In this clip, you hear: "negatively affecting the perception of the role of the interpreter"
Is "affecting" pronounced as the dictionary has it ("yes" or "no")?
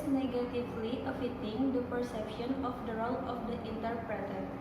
no